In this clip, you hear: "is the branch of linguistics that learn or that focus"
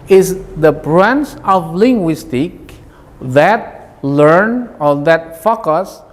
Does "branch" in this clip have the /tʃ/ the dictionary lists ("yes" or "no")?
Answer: no